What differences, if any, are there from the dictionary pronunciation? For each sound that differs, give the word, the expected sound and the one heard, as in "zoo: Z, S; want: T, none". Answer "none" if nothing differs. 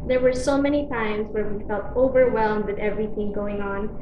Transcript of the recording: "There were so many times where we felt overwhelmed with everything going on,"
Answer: none